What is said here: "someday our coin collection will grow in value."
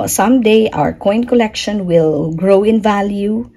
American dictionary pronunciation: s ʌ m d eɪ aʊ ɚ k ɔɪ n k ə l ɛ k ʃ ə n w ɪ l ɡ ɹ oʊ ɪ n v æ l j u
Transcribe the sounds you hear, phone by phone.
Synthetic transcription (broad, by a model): s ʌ m d eɪ aʊ ɚ k ɔɪ n k ə l ɛ k ʃ ə n w ɪ l ɡ ɹ oʊ ɪ n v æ l j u